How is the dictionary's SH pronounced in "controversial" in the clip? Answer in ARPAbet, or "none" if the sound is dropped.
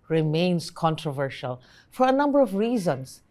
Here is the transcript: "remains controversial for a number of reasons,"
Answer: SH